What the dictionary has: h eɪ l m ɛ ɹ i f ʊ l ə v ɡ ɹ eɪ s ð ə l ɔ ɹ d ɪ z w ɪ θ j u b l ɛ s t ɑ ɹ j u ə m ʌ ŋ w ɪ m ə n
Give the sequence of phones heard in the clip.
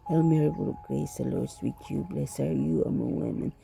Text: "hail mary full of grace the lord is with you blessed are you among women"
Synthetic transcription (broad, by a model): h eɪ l m ɛ ɹ i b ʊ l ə ɡ ɹ eɪ s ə l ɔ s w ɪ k j u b l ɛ s ɑ ɹ j u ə m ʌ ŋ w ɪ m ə n